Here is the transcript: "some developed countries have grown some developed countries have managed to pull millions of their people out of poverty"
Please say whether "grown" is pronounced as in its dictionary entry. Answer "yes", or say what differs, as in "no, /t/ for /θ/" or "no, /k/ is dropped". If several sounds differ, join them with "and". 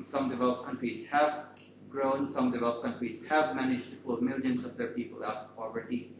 yes